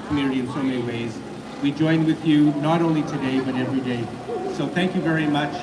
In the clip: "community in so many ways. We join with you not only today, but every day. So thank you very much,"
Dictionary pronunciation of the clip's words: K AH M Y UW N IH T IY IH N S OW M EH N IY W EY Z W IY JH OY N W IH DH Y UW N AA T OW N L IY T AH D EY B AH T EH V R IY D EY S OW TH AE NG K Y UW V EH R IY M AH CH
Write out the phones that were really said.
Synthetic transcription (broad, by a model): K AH M Y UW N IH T IY IH N S OW M EH N IY W EY Z W IY JH OY N W IH DH Y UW N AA T OW N L IY T AH D EY B AH T EH V R IY D EY S OW TH AE NG K Y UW V EH R IY M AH CH